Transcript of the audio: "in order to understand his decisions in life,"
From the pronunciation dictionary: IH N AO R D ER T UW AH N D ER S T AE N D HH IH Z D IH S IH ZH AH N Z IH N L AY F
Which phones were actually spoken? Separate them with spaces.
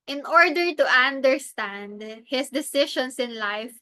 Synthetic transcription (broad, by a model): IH N AO R D ER T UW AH N D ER S T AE N D HH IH S D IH S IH SH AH N S IH N L AY F